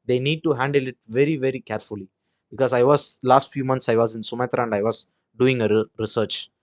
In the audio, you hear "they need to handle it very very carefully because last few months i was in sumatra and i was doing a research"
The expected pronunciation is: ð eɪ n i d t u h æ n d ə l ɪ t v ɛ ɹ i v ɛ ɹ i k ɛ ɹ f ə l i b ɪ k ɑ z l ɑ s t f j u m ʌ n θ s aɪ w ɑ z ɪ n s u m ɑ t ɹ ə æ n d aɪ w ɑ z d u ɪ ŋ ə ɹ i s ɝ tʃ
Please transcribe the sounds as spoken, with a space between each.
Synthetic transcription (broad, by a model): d eɪ n i d t u h æ n d ə l ɪ t v ɛ ɹ i v ɛ ɹ i k ɛ ɹ f ə l i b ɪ k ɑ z l ɑ s t f j u m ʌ n t s aɪ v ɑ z ɪ n s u m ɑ t ɹ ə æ n d aɪ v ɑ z d u ɪ ŋ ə ɹ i s ɝ tʃ